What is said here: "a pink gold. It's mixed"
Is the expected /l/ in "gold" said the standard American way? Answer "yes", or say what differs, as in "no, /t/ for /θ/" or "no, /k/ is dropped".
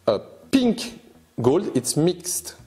yes